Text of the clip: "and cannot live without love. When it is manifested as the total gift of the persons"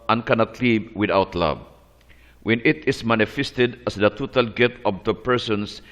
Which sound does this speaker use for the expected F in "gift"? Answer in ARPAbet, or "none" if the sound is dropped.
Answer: none